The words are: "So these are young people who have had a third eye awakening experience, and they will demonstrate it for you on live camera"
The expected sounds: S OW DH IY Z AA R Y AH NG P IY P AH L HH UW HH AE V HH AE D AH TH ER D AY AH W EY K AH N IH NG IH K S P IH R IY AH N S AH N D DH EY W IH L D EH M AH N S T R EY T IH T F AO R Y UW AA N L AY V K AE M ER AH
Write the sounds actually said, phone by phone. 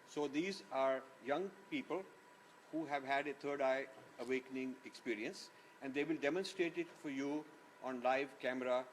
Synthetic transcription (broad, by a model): S OW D IY Z AA R Y AH NG P IY P AH L HH UW HH AE V HH AE D AH T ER D AY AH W EY K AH N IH NG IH K S P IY R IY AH N S AH N D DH EY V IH L D EH M AH N S T R EY T IH T F AO R Y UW AA N L AY V K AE M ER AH